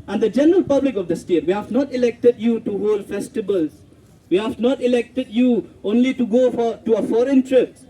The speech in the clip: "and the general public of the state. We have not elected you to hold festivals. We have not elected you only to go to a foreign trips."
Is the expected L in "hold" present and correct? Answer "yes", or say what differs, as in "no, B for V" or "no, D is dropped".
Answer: yes